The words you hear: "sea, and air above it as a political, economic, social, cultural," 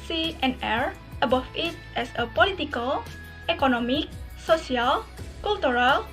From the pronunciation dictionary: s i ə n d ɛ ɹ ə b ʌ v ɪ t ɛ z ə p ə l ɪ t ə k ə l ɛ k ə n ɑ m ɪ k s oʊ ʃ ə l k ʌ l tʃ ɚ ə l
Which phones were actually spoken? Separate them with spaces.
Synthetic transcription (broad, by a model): s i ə n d ɛ ɹ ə b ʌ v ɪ t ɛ s ə p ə l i t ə k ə l ɛ k ə n ɑ m ɪ k s oʊ s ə l k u l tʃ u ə l